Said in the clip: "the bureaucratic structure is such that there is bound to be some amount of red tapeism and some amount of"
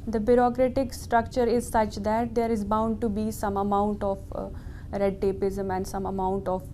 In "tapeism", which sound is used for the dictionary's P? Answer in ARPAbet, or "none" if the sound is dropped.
P